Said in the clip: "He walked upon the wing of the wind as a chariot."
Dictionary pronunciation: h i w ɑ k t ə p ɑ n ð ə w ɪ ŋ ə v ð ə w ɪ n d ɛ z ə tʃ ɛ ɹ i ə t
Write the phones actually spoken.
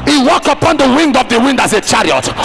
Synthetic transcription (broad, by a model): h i w ɑ k t ə p ɑ n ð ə w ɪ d ə v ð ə w ɪ n d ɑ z ə tʃ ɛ ɹ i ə t